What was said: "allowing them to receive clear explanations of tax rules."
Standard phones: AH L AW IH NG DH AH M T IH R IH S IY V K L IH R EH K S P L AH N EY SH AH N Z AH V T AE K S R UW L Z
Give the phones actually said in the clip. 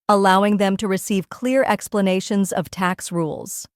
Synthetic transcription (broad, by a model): AH L AW IH NG DH AH M T IH R IH S IY V K L IH R EH K S P L AH N EY SH AH N Z AH V T AE K S R UW L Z